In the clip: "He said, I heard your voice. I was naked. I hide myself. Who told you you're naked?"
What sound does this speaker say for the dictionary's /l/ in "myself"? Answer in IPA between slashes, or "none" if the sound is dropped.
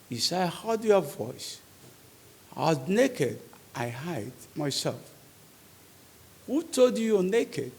/l/